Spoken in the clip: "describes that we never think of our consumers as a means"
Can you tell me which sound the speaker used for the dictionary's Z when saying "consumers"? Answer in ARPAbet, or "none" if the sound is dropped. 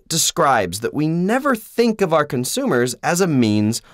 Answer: Z